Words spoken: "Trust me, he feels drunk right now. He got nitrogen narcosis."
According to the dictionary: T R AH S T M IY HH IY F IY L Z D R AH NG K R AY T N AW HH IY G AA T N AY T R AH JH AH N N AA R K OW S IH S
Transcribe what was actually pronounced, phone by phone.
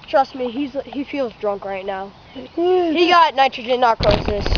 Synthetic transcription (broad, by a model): T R AH S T M IY HH IY F IY L Z D R AH NG K R AY T N AW HH IY G AA T N AY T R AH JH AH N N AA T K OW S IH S